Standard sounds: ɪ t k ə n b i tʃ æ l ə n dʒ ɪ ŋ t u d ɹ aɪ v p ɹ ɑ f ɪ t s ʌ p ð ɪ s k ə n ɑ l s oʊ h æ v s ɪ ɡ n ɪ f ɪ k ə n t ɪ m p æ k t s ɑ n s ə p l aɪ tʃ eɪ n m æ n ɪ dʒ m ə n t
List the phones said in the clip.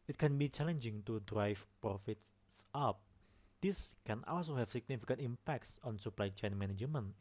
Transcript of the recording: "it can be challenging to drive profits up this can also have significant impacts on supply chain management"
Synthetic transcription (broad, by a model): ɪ t k ə n b i tʃ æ l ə n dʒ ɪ ŋ t u d ɹ aɪ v p ɹ ɑ f ɪ t s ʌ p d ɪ s k ə n ɑ l s oʊ h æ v s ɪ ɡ n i f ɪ k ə n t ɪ m p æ k t s ɑ n s ə p l aɪ tʃ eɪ n m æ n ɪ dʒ m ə n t